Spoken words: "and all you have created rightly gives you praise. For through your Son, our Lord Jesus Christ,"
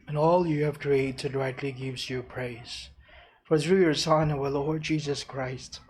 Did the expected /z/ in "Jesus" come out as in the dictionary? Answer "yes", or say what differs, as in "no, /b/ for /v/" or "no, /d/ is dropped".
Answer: yes